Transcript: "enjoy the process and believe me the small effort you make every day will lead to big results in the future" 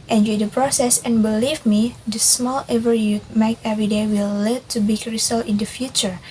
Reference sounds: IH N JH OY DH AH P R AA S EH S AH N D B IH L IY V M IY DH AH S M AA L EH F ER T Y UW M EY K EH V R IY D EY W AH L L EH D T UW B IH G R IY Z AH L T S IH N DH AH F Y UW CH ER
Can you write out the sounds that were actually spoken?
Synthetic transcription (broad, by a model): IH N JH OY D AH P R AA S EH S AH N B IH L IY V M IY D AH S M AA L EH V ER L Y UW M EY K EH V R IY D EY W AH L L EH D T UW B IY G R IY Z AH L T IH N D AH F Y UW CH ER